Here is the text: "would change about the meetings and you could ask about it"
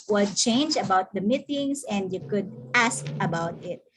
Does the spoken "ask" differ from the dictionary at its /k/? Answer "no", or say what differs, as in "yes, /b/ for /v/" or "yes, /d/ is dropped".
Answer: no